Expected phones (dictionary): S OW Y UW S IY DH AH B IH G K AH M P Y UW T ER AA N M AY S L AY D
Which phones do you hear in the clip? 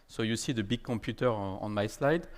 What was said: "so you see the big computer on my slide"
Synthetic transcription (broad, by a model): S OW Y UW S IY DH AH B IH G K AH P Y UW T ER AA N M AY S L AY D